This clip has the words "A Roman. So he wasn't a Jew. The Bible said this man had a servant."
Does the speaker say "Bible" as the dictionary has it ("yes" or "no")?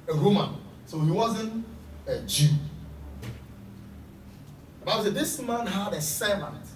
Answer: no